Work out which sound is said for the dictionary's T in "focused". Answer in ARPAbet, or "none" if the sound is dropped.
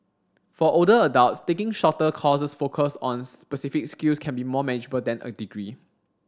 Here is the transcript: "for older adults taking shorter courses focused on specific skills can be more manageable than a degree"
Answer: none